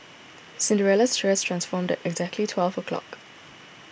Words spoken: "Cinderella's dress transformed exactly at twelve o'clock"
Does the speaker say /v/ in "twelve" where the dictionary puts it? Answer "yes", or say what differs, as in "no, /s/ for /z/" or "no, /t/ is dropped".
yes